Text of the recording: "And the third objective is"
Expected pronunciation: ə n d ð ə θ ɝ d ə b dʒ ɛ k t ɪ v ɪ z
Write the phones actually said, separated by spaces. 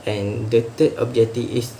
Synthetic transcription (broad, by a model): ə n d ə t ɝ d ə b dʒ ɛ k t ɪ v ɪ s